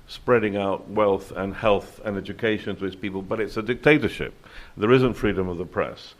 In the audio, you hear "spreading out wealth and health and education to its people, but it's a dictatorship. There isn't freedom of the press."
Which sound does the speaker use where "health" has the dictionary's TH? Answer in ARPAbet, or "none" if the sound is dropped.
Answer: TH